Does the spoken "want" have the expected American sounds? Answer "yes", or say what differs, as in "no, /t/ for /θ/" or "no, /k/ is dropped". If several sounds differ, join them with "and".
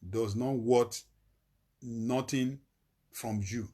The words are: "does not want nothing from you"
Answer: no, /n/ is dropped